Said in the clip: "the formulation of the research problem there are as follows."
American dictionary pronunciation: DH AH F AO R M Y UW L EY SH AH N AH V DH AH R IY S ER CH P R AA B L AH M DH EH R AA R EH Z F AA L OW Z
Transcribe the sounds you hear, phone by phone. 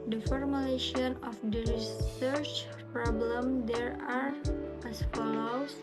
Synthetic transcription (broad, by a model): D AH F AO R M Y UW L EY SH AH N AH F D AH R IY S ER CH P R AA B L AH M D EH R AA R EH S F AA L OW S